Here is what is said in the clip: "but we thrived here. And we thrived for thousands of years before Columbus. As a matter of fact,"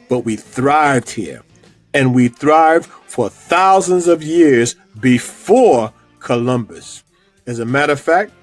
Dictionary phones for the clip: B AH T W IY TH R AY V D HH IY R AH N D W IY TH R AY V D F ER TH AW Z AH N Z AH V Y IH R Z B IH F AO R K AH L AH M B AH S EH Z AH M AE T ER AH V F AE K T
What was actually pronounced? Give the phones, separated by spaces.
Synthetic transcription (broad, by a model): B AH T W IY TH R AY V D HH IY R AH N W IY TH R AY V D F ER TH AW Z AH N Z AH V Y IH R Z B IH F AO R K AH L AH M B AH S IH Z AH M AE T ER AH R F AE K T